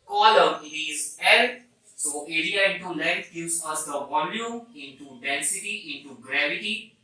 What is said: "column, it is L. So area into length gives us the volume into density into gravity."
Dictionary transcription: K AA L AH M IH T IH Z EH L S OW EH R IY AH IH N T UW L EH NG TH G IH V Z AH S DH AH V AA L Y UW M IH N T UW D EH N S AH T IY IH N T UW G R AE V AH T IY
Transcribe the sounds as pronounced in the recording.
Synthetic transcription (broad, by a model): K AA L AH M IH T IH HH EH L S OW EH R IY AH IH N T UW L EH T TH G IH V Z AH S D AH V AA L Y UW IH N T UW D EH N S AH T IY IH N T UW G R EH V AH T IY